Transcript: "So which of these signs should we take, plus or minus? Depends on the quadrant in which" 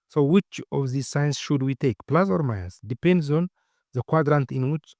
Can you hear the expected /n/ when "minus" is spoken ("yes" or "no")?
no